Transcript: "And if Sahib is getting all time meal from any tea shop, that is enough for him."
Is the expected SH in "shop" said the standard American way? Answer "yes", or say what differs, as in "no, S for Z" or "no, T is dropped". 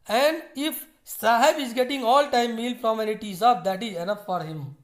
no, S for SH